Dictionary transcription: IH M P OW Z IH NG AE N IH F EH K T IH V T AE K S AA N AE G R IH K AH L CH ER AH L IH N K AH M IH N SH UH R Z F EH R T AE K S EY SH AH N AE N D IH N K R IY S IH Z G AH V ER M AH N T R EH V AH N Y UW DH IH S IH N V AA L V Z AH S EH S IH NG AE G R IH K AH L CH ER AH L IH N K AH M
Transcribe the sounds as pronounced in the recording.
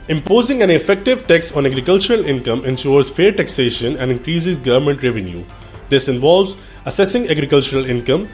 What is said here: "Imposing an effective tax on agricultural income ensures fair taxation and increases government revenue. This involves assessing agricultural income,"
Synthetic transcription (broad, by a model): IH M P OW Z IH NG AE N IH F EH K T IH V T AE K S AA N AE G R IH K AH L CH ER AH L IH N K AH M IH N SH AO R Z F EH R T AE K S EY SH AH N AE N D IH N K R IY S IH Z G AH V ER M AH N T R EH V AH N Y UW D IH S IH N V AA L V Z AH S EH S IH NG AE G R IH K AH L CH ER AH L IH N K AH M